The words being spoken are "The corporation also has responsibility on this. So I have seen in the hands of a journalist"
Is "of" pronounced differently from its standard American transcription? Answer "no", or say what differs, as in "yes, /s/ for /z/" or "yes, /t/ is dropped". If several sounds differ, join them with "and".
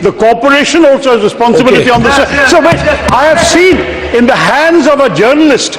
no